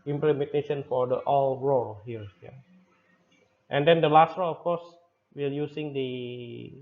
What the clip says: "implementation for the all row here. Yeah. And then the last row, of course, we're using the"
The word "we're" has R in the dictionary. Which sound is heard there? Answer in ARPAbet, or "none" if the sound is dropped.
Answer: L